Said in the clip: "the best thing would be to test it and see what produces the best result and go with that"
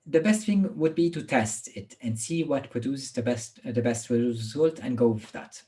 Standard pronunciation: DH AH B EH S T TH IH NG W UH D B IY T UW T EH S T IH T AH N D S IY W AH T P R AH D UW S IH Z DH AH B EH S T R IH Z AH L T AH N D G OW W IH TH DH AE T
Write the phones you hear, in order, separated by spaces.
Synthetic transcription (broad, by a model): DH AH B EH S T TH IH NG W UH D B IY T UW T EH S T IH T AH N D S IY W AH T P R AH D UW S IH S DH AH B EH S T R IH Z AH L T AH N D G OW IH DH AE T